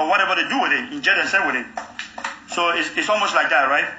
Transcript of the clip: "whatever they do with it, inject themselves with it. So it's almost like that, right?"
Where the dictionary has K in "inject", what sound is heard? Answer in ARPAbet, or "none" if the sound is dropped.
none